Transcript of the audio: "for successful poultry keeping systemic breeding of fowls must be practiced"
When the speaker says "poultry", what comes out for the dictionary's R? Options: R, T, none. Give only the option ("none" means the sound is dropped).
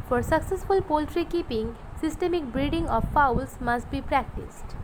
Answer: R